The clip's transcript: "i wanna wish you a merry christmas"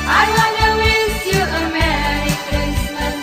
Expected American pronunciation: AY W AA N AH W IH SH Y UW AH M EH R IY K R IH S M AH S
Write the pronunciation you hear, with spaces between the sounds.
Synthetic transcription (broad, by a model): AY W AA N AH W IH S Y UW AH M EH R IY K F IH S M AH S